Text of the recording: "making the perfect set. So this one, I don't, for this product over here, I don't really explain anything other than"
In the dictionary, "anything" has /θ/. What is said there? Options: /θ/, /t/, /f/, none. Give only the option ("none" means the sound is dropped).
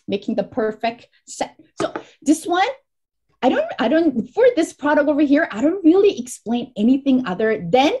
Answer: /θ/